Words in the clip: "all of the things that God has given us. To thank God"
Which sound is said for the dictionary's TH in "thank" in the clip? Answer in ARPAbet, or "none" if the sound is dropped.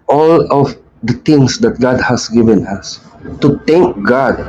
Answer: T